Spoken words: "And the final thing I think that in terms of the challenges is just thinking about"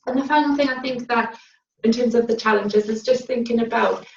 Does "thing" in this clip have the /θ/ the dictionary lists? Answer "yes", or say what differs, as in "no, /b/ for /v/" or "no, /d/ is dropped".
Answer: yes